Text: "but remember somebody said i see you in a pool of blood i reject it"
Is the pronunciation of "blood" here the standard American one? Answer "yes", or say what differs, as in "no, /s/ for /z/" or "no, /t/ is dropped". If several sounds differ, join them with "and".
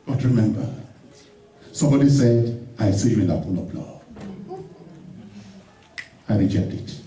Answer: no, /d/ is dropped